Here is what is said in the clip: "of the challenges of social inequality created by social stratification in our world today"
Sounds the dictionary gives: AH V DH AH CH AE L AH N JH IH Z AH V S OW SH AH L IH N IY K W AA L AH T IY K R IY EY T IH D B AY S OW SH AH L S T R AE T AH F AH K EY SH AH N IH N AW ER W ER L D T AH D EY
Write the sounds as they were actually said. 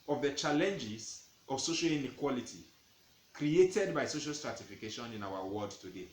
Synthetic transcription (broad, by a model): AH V DH AH CH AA L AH N JH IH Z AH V S OW SH AH L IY N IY K W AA L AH T IY K R IY EY T IH D B AY S OW SH AH L S T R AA T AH F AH K EY SH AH N IH N AW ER W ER D T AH D EY